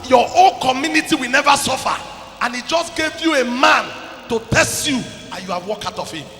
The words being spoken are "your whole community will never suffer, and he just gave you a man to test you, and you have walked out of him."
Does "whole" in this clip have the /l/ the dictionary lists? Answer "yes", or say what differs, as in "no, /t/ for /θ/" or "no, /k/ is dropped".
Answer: no, /n/ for /l/